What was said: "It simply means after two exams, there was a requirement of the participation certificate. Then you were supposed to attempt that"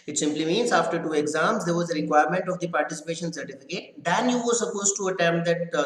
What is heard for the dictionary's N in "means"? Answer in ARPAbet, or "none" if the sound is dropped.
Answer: N